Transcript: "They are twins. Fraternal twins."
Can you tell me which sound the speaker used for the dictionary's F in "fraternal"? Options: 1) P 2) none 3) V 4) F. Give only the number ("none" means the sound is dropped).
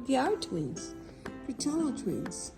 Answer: 1